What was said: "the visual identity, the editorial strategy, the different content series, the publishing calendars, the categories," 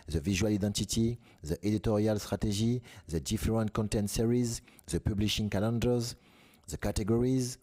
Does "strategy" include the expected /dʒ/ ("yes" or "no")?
no